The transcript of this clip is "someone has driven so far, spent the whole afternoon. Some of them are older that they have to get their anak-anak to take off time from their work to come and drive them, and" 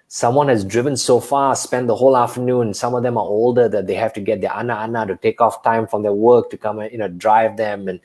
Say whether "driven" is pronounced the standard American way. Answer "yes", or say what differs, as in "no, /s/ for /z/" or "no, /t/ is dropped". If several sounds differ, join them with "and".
yes